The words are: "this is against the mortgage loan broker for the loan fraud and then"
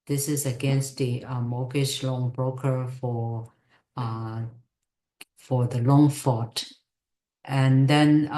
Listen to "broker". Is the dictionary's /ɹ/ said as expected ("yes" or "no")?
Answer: yes